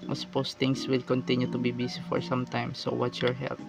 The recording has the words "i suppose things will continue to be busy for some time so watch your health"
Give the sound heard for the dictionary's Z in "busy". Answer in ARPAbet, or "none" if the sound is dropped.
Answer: S